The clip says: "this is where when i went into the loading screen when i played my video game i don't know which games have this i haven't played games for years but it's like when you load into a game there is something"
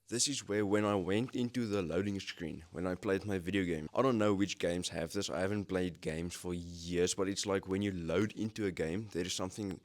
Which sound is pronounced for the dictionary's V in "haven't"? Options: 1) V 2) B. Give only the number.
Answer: 1